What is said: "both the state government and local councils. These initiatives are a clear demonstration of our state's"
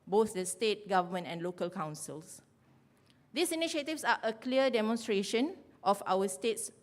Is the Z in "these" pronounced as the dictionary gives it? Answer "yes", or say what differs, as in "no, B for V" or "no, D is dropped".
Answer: no, S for Z